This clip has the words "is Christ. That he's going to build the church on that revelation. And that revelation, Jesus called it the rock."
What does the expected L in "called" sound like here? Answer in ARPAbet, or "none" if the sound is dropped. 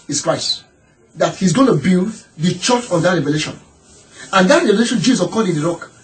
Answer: none